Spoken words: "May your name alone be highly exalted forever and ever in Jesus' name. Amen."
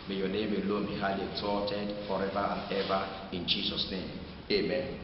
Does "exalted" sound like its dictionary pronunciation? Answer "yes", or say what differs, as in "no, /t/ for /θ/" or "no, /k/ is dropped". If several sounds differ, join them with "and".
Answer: no, /l/ is dropped